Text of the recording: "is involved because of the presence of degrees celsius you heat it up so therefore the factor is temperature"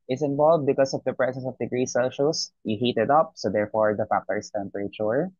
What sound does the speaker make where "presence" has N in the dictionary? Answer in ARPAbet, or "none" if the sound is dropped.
none